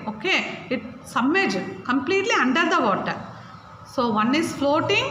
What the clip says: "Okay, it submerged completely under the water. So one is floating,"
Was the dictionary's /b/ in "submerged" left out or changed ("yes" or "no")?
yes